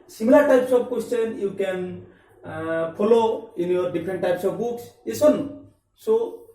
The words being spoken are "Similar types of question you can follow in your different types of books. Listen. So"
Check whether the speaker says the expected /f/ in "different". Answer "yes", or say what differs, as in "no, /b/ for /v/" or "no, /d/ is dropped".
no, /p/ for /f/